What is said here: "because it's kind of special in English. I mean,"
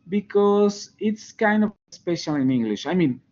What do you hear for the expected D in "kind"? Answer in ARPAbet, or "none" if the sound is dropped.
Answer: D